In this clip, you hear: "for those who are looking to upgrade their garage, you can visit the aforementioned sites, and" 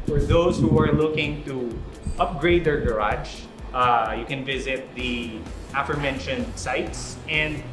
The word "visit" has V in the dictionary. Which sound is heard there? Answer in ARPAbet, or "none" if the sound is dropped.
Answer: V